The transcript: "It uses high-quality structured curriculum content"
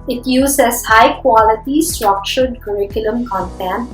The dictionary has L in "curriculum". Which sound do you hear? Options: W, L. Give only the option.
L